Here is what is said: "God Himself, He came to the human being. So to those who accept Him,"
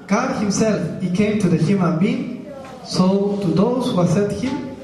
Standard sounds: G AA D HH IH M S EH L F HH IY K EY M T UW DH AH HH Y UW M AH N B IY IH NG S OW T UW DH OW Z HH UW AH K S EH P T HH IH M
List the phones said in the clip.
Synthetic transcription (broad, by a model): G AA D HH IH M S EH L F HH IY K EY M T UW DH AH HH Y UW M AH N B IY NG S OW T UW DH OW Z HH UW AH S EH T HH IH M